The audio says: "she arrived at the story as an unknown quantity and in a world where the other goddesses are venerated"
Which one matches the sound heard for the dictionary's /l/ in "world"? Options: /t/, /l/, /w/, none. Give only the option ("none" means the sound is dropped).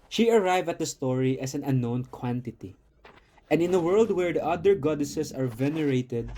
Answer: /l/